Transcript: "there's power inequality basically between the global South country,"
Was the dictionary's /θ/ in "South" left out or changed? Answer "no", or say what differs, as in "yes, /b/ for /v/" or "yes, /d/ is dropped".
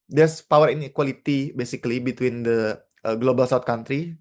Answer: yes, /t/ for /θ/